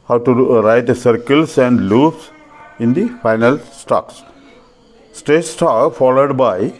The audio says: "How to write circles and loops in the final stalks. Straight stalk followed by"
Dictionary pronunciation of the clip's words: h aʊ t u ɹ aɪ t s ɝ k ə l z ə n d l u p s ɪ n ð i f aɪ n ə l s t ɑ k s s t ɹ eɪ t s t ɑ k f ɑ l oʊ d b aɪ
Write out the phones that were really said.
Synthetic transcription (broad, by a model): h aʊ t u ɹ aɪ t s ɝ k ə l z ə n d l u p s ɪ n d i f aɪ n ə l s t ɑ k s s t eɪ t s t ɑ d f ɑ l oʊ d b aɪ